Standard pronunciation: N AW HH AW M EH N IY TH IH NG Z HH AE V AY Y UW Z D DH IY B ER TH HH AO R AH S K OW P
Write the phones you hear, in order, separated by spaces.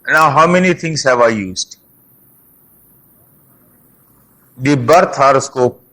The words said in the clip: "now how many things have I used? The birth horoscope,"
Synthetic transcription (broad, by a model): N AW HH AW M EH N IY T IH NG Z HH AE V AY Y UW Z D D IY B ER T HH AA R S K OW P